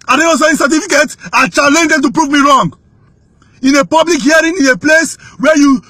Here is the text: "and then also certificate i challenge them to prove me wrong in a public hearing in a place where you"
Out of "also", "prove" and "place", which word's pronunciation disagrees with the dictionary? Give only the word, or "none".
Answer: also